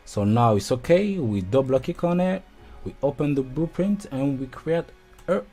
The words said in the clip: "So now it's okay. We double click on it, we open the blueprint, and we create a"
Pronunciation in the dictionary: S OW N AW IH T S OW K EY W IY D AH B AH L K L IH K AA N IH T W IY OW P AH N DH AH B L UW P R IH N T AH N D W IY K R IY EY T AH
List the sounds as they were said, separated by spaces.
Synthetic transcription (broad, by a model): S OW N AW IH T S OW K EY W IY D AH B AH K IH K AA N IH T W IY OW P AH N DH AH B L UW P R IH N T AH N W IY K R IY EY T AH